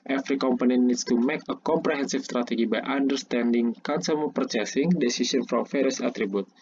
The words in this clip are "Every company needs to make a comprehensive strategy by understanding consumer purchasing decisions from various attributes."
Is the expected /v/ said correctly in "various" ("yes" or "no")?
no